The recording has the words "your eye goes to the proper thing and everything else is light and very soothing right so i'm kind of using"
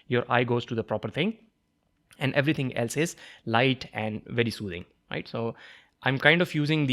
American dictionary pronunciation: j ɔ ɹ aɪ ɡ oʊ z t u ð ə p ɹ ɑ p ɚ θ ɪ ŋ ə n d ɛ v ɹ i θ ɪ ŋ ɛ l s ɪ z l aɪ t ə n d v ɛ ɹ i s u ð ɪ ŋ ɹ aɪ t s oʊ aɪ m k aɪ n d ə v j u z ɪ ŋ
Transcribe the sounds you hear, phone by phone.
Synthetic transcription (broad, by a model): j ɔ ɹ aɪ ɡ oʊ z t u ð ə p ɹ ɑ p ɚ t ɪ ŋ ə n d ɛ v ɹ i t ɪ ŋ ɛ l s ɪ z l aɪ t ə n d v ɛ ɹ i s u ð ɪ ŋ ɹ aɪ t s oʊ aɪ m k aɪ n d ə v j u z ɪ ŋ